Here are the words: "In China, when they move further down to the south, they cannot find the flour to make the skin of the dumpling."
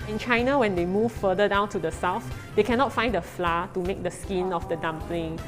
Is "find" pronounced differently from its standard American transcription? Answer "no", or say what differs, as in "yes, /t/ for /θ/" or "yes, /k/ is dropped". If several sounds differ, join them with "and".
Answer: no